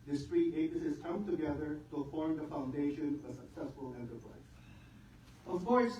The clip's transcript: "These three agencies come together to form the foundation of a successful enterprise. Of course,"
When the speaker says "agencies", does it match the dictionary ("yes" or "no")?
no